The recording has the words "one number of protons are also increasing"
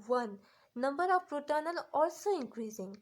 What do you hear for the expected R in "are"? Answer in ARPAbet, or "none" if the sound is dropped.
L